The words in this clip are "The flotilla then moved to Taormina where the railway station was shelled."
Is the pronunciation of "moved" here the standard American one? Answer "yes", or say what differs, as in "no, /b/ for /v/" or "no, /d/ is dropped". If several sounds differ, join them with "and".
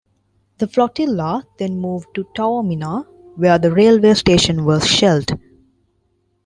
yes